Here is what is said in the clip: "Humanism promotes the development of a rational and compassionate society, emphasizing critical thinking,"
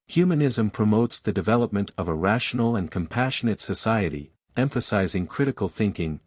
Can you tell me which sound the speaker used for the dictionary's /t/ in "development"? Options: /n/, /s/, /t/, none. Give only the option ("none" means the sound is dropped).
/t/